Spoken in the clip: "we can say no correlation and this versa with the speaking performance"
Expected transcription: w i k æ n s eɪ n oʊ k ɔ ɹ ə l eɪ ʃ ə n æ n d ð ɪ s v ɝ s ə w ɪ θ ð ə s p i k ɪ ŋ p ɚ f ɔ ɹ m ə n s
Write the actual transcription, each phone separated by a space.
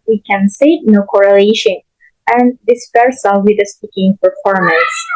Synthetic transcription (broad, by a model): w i k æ n s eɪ n oʊ k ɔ ɹ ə l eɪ ʃ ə n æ n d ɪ s p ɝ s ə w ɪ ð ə s p i k ɪ ŋ p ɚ f ɔ ɹ m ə n s